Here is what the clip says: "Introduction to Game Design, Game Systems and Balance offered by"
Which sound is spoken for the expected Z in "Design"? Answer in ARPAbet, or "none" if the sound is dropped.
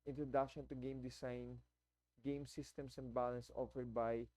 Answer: S